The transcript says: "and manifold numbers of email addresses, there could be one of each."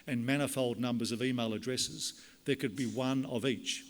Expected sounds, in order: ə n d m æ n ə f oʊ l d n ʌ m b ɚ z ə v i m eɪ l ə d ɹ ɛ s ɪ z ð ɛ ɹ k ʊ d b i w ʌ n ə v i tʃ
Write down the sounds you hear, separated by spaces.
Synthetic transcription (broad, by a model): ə n m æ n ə f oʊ l d n ʌ m b ɚ z ə v i m eɪ l ə d ɹ ɛ s ɪ z ð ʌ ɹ k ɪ d b i w ʌ n ə v i tʃ